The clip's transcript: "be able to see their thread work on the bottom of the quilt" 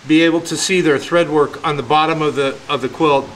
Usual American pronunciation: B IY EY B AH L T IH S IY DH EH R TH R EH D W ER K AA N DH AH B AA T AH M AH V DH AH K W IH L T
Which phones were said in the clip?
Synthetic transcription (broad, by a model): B IY EY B L T IH S IY DH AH R TH R EH D W ER K N DH AH B AA T AH M AH V DH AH K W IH L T